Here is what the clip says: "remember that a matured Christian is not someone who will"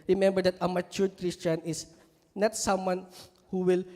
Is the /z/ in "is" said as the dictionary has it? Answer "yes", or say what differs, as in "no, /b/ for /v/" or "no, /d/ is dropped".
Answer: no, /s/ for /z/